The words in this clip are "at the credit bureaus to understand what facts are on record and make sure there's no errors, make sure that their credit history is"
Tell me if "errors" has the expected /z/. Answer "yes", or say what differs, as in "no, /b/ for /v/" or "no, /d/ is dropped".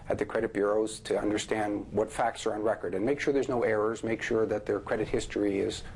yes